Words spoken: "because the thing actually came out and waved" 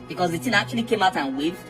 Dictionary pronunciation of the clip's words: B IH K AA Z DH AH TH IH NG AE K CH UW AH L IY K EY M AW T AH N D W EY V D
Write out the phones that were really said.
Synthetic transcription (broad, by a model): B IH K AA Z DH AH T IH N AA K CH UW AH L IY K EY M AW T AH N W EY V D